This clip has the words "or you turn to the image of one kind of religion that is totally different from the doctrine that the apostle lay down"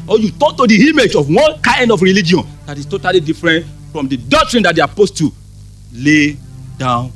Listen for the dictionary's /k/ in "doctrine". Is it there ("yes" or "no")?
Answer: yes